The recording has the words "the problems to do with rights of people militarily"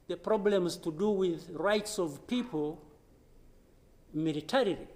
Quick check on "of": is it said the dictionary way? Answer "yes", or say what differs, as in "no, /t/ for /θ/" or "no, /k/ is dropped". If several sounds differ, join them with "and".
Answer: yes